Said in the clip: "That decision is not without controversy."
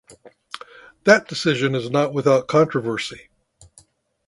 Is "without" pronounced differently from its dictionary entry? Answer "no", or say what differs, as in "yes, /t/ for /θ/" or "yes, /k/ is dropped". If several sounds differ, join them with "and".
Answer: no